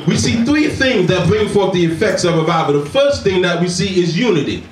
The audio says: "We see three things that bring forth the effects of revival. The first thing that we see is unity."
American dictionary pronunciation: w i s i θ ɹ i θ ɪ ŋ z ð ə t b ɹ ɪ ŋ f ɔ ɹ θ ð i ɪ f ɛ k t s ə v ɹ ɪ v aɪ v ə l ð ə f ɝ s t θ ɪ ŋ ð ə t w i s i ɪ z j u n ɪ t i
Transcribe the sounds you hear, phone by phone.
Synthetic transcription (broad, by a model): w i s i θ ɹ i θ ɪ ŋ z ð ə t b ɹ ɪ ŋ f ɔ ɹ θ ð i ɪ f ɛ k t s ə v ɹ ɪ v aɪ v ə ð ə f ɝ s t θ ɪ ŋ ð ə t w i s i ɪ z j u n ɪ t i